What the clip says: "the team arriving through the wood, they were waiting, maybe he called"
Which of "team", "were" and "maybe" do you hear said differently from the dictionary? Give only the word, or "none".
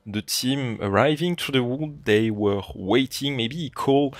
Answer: maybe